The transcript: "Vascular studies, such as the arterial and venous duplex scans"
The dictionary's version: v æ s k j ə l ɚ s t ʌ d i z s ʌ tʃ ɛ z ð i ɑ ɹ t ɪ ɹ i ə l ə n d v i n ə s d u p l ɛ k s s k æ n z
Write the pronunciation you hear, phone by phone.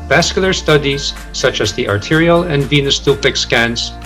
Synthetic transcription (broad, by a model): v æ s k j l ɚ s t ʌ d i z s ʌ tʃ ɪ z ð i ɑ ɹ t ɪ ɹ i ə l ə n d v i n ə s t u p ɪ k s s k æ n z